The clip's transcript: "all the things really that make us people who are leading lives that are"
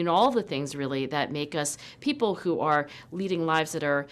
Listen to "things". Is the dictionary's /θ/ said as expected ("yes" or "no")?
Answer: yes